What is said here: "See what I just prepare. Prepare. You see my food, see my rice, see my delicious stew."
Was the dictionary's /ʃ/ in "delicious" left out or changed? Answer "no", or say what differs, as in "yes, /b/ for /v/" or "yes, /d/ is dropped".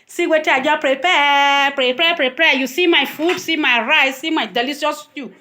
yes, /s/ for /ʃ/